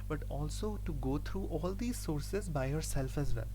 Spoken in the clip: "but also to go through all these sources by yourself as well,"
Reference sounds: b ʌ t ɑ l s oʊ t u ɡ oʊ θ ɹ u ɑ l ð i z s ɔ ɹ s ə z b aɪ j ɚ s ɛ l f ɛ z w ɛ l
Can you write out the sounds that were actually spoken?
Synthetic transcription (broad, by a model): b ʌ t ɑ l s oʊ t u ɡ oʊ t ɹ u ɑ l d i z s ɔ ɹ s ə z b aɪ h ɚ s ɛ l f ɛ z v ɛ l